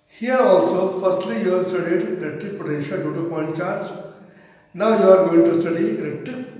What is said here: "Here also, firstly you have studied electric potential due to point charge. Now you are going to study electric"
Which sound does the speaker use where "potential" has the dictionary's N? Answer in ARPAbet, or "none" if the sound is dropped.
none